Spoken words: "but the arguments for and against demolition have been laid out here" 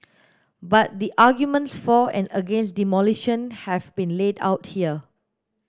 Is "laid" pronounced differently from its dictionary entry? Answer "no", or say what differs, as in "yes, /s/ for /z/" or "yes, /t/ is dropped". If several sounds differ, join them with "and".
no